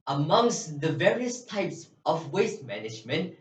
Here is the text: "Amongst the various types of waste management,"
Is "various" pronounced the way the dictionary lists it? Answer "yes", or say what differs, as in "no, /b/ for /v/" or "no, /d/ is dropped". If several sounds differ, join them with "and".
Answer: yes